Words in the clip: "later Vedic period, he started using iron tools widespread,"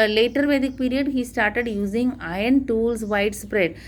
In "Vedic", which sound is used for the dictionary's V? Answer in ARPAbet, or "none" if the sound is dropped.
V